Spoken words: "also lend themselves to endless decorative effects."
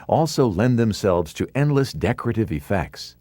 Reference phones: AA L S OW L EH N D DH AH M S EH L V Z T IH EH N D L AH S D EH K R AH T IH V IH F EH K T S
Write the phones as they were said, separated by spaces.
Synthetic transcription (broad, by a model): AA L S OW L EH N DH AH M S EH L V Z T IH EH N D L AH S D EH K R AH T IH V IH F EH K T S